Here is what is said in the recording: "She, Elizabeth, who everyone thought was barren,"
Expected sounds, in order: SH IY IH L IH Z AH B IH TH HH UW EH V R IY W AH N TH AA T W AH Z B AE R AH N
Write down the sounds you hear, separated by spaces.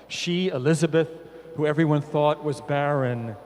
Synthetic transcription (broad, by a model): SH IY IH L IH Z AH B IH TH HH UW EH V R IY W AH N TH AA T W AH Z B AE R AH N